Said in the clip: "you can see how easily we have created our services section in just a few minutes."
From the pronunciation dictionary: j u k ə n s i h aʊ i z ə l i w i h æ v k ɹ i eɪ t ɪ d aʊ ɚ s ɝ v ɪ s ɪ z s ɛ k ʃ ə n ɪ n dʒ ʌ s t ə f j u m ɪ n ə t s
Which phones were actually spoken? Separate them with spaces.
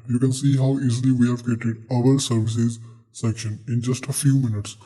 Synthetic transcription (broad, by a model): j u k ə n s i h aʊ i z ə l i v i h æ v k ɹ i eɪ t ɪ d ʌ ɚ s ɝ v ɪ s ɪ z s ɛ k ʃ ə n ɪ n dʒ ʌ s t ə f j u m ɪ n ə t s